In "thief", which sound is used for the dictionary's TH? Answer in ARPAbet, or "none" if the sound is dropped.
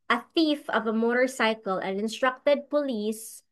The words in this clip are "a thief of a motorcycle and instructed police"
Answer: TH